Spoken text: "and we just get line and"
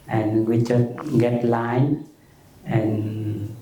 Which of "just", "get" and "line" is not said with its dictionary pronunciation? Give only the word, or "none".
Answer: just